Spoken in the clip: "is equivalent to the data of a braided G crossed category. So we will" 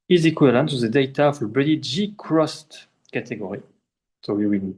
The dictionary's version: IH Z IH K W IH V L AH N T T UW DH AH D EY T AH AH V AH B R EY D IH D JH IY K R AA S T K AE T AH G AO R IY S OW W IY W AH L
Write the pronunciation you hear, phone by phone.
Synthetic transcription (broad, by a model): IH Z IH K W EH L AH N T T UW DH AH D EY T AH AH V AH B EY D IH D JH IY K R AA S T K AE T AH G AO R IY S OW W IY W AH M